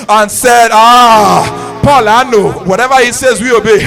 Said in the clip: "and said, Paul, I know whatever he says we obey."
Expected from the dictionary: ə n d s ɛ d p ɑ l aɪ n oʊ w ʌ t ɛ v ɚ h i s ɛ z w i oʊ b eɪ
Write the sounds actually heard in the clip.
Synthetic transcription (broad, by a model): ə n s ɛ d p ɑ l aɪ n oʊ w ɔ t ɛ v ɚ h i s ɛ z w i oʊ b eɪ